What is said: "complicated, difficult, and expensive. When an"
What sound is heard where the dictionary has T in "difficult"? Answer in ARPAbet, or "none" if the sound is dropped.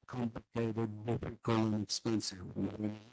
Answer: none